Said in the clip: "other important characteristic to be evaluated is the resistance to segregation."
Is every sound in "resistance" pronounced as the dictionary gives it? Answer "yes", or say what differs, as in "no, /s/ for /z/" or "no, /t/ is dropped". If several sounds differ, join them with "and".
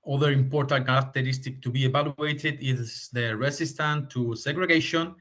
no, /s/ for /z/ and /s/ is dropped